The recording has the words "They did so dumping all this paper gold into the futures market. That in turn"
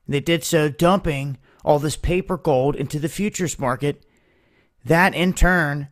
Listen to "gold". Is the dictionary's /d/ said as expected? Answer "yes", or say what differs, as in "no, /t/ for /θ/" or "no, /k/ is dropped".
yes